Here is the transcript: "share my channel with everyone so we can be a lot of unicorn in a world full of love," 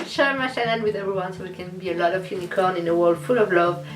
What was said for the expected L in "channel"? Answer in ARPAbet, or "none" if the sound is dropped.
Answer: N